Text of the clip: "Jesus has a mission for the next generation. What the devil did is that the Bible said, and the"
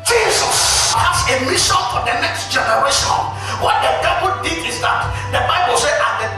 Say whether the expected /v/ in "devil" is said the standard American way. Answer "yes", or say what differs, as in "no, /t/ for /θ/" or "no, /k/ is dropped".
no, /w/ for /v/